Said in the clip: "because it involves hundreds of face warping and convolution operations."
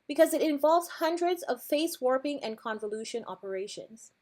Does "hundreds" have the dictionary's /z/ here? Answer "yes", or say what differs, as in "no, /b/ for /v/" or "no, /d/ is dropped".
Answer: yes